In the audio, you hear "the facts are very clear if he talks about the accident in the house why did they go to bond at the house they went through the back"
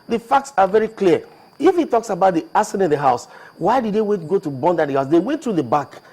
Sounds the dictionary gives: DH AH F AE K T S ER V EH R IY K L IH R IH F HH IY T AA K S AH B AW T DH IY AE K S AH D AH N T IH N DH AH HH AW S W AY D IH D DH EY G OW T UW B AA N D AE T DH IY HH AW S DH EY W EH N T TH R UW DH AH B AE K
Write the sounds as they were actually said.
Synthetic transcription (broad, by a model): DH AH F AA K T S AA V EH R IY K L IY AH IH F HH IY T AA K S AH B AW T DH IY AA S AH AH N IH N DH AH HH AW S W AY D IH D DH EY G OW T UW B AA N D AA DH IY HH AW S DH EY W EH N T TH R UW DH AH B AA K